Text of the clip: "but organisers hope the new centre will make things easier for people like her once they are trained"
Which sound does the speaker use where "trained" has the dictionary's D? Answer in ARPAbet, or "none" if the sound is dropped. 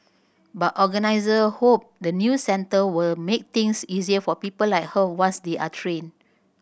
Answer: none